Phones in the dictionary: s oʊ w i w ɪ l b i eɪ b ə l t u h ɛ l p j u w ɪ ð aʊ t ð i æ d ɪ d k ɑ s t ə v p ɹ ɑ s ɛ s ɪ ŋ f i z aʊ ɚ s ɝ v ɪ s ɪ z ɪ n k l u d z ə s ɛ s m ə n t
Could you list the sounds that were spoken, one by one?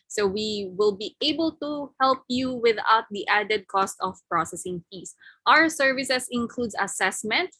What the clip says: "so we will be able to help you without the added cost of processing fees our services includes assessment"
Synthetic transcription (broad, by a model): s oʊ w i w ɪ l b i eɪ b ə l t u h ɛ l p j u w ɪ ð aʊ t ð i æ d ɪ d k ɑ s t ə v p ɹ ɑ s ɛ s ɪ ŋ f i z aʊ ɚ s ɝ v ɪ s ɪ s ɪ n k l u d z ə s ɛ s m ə n t